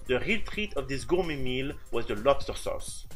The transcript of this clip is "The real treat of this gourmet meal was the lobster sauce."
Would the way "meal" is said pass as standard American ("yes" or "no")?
yes